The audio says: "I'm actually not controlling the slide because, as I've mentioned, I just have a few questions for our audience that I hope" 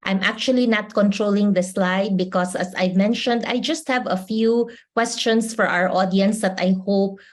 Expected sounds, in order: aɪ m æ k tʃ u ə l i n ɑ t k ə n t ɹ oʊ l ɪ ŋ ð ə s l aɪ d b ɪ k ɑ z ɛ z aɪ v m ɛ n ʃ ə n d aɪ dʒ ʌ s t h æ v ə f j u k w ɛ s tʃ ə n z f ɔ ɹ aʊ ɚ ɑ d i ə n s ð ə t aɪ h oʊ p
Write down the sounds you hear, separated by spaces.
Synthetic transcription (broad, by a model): aɪ m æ k tʃ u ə l i n ɑ t k ə n t ɹ oʊ l ɪ ŋ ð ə s l aɪ d b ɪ k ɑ s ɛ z aɪ v m ɛ n ʃ ə n d aɪ dʒ ʌ s t h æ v ə f j u k w ɛ s tʃ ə n s f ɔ ɹ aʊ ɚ ɑ d i ə n s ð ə t aɪ h oʊ p